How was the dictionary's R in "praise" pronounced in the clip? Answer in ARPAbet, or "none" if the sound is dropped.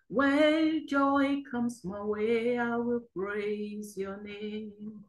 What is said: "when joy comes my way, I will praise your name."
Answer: R